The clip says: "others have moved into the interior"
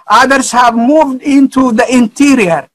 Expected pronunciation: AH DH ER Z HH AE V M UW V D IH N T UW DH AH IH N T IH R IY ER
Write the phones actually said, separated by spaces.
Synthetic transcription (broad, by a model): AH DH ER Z HH AE V M UW V D IH N T UW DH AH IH N T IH R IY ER